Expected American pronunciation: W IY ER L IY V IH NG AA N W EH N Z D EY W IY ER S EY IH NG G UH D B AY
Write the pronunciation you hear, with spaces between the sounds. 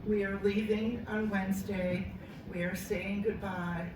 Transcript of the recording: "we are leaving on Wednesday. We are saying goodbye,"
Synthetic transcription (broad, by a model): W IY ER L IY V IH NG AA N W EH N Z D EY W IY ER S EY IH NG G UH D B AY